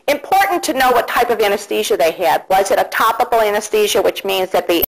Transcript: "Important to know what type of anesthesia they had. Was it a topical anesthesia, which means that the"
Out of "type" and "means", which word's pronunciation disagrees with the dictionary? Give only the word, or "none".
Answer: none